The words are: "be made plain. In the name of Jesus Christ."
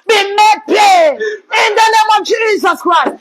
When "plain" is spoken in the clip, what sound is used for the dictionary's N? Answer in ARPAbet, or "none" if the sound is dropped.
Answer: none